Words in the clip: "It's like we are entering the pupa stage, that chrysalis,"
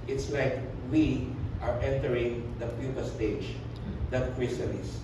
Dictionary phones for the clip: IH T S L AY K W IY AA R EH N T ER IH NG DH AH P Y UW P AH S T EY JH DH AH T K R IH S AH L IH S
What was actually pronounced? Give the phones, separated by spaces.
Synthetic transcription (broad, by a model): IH T S L AY K W IY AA R EH N T ER IH NG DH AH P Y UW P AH S T EY JH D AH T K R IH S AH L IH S